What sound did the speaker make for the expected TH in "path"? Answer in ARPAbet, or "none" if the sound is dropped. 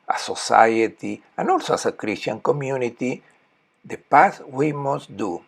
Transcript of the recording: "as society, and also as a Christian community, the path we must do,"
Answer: S